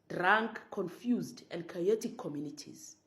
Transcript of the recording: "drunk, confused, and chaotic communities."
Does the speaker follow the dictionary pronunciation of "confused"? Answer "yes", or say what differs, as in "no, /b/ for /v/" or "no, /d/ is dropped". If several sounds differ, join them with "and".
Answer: yes